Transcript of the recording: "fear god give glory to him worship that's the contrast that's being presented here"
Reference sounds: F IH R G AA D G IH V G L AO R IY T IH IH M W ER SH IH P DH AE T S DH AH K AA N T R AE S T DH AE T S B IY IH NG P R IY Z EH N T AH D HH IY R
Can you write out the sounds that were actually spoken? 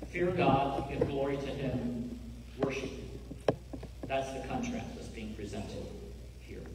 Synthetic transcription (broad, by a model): F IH R G AA D G IH V G L AO R IY T IH IH M W ER SH IH P DH AE T S DH AH K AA N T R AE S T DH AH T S B IY IH NG P R IY Z EH N T AH D HH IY R